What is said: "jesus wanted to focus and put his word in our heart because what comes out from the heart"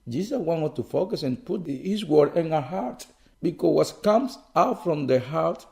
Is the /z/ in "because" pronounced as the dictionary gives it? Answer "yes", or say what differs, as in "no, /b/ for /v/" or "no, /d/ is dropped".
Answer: no, /z/ is dropped